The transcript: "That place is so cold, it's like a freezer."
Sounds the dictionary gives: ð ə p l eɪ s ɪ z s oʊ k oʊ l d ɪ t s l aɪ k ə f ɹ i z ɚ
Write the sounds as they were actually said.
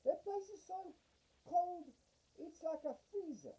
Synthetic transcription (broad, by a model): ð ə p eɪ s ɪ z s oʊ k oʊ l d ɪ t s l aɪ k ə f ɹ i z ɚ